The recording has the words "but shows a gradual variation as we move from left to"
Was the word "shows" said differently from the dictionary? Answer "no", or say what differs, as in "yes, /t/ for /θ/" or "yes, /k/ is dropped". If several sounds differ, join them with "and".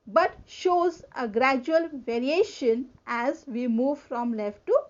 no